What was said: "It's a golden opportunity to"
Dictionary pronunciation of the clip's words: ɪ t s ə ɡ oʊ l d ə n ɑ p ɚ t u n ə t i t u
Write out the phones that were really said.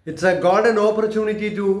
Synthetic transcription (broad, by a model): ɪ t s ə ɡ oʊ d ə n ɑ p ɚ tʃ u n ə t i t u